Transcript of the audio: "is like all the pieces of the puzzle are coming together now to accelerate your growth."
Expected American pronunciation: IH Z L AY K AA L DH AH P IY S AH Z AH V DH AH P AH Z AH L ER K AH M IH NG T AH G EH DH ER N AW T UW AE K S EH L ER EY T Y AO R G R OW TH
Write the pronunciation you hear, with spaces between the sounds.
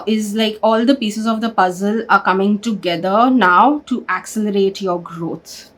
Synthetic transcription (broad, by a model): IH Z L AY K AA L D AH P IY S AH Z AH V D AH P AH Z AH L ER K AH M IH NG T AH G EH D ER N AW T UW AE K S EH L ER EY T Y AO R G R OW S